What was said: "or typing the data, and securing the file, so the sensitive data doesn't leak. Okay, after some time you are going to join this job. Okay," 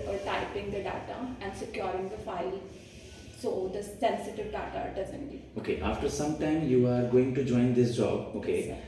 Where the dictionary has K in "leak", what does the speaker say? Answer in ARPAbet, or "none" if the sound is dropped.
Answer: none